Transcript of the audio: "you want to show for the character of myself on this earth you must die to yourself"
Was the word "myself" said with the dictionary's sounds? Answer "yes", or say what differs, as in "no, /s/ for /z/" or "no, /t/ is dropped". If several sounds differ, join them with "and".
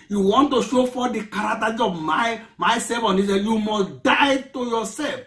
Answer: no, /l/ is dropped